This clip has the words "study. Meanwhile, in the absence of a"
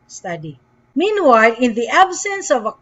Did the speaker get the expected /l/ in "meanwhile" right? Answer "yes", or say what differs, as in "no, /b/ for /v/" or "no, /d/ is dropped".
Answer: yes